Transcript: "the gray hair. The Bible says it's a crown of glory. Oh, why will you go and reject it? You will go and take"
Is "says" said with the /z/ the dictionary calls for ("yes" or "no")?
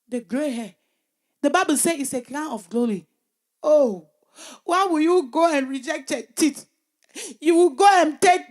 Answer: no